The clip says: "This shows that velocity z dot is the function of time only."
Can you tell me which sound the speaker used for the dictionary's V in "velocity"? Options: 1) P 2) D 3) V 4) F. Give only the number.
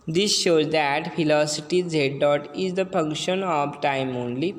4